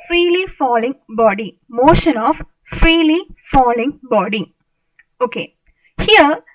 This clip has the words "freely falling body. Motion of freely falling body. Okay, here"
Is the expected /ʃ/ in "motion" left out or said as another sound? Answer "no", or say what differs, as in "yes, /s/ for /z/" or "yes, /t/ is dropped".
no